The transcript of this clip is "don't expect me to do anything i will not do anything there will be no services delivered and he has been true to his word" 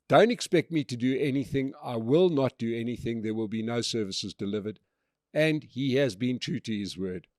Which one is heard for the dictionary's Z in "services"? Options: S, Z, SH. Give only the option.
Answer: Z